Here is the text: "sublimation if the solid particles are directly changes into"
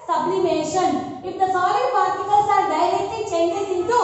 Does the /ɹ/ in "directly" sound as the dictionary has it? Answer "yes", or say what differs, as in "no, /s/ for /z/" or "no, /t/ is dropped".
no, /l/ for /ɹ/